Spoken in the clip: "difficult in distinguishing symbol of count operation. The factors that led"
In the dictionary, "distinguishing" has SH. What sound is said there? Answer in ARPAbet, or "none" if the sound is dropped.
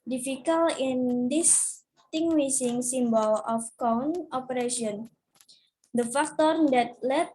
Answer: S